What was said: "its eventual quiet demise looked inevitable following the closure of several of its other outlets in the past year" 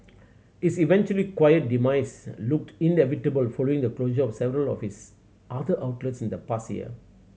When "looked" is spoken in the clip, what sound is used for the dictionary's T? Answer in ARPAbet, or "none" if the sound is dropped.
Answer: T